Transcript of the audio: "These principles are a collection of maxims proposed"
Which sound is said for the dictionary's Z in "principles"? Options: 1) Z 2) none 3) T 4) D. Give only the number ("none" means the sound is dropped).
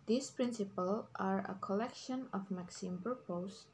2